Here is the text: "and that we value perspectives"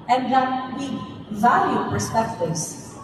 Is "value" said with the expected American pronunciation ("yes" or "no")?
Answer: yes